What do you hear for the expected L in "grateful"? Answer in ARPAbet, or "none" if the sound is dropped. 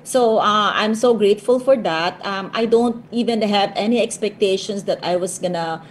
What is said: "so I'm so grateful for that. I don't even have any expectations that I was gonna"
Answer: L